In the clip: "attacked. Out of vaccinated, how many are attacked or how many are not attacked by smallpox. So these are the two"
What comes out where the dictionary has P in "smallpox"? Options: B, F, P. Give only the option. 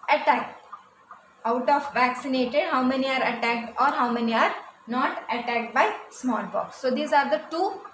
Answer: B